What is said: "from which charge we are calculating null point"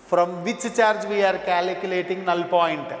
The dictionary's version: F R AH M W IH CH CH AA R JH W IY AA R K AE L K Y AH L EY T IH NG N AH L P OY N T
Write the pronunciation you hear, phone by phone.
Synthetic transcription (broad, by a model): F R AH M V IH CH CH AA R JH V IY AA R K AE L K Y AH L EY T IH NG N AH L P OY N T